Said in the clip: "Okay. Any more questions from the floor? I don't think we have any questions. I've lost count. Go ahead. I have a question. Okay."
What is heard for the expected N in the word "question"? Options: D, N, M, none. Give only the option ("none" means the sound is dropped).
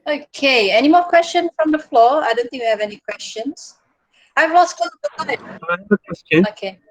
none